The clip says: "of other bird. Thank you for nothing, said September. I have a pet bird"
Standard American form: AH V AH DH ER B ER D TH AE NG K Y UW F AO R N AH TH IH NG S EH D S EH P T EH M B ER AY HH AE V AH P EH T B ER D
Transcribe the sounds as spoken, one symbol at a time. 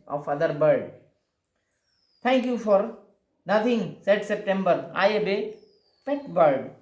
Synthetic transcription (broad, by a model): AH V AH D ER B ER D T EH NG K Y UW F AO R N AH T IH NG S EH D S EH P T EH M B ER AY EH B AH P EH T B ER D